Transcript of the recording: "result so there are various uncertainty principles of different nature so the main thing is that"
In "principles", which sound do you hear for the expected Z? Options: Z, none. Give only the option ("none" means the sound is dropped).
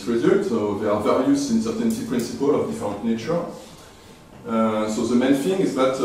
none